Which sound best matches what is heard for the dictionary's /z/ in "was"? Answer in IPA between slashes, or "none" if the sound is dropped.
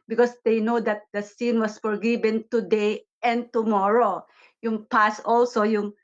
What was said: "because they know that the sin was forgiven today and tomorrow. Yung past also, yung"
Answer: /s/